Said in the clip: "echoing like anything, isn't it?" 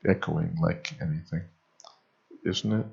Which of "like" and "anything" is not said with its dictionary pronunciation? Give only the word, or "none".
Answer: none